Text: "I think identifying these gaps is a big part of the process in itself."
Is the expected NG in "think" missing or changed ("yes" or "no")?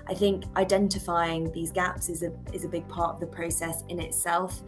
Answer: no